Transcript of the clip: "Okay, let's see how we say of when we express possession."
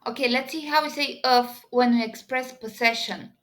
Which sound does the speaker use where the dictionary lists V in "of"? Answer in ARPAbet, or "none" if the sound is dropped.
F